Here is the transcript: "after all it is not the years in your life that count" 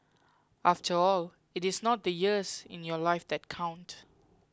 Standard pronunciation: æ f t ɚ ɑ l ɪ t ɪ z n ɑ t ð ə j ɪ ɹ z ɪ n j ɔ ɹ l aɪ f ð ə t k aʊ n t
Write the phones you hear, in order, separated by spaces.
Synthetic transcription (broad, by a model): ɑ f t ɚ ɑ l ɪ t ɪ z n ɑ t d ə j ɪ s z ɪ n j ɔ l aɪ f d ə t k aʊ n t